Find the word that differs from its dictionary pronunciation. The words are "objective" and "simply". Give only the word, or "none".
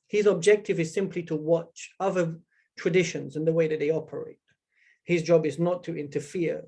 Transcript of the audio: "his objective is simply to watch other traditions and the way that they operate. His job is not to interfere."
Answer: none